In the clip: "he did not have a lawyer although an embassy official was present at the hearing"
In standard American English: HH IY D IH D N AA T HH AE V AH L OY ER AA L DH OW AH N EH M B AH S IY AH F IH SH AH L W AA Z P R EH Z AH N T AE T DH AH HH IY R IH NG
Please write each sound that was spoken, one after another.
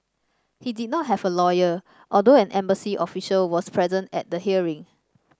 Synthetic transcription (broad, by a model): HH IY D IH D N AA T HH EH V AH L OY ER AA L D OW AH N EH M B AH S IY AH F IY SH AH L W AA S P R EH Z AH N T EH T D AH HH IY R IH NG